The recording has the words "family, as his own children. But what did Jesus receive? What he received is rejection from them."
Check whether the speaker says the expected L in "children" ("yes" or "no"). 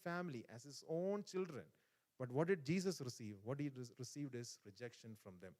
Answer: yes